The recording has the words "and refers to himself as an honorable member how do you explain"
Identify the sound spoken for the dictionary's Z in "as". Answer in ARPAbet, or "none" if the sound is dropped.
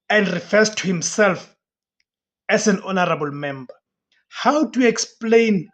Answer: S